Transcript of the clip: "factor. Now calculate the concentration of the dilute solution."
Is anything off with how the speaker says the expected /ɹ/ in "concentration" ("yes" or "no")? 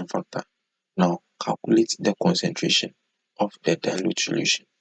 no